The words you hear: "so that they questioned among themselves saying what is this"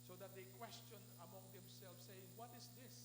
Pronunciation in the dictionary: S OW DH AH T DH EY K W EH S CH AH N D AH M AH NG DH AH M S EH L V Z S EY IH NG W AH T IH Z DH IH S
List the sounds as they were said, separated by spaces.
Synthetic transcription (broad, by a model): S OW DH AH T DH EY K W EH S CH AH N AH M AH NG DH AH M S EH L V S EY IH NG W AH T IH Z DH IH S